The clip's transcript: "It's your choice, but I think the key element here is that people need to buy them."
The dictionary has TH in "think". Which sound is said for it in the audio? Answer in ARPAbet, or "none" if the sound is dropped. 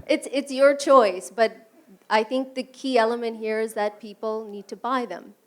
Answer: TH